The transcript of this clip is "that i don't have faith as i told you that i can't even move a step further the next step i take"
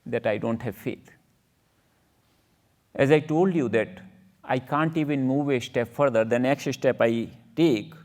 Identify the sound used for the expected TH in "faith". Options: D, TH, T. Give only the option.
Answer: T